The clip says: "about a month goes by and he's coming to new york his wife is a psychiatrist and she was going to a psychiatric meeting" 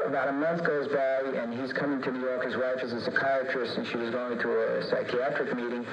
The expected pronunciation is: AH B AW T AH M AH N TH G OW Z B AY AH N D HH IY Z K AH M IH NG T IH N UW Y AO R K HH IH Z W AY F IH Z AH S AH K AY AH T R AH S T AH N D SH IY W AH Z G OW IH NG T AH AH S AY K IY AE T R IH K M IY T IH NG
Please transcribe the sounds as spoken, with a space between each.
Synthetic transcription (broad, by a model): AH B AW T AH M AH N TH G OW Z B AY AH N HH IY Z K AH M IH NG T IH N UW Y AO R K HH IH Z W AY F IH Z AH S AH K AY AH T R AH S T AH N SH IY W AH Z G OW IH NG T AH AH S AY K IY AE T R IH K M IY T IH NG